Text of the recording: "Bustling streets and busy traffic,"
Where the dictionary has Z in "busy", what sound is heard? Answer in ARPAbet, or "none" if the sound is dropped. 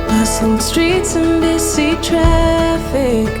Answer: S